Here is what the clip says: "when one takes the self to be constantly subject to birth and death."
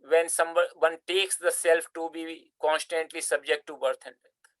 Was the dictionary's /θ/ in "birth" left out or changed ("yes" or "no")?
yes